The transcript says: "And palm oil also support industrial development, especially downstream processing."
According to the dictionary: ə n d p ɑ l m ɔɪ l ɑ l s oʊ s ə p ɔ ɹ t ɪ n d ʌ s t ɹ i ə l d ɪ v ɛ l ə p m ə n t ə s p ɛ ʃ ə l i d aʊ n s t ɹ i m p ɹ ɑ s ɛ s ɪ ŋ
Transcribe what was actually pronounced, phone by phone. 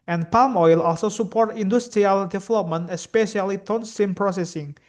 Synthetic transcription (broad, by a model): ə n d p ɑ l m ɔɪ l ɑ l s oʊ s ə p ɔ ɹ t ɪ n d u s t ɹ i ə l d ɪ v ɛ l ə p m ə n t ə s p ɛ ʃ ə l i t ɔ n s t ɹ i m p ɹ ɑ s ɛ s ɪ ŋ